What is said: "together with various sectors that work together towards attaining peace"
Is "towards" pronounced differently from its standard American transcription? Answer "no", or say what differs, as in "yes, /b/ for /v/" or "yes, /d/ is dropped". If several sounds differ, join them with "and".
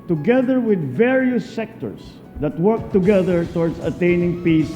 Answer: yes, /s/ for /z/